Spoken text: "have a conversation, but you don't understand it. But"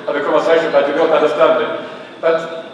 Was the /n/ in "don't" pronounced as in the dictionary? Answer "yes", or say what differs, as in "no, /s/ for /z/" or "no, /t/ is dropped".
no, /l/ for /n/